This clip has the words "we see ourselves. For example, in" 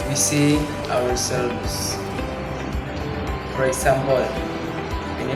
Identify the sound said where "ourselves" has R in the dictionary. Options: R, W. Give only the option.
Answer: W